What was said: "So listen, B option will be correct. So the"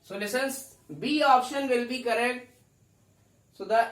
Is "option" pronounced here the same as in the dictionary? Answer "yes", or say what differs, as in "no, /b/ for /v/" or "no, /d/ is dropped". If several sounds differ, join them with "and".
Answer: yes